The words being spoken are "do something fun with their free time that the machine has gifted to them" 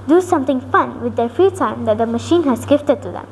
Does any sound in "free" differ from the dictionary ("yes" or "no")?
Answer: yes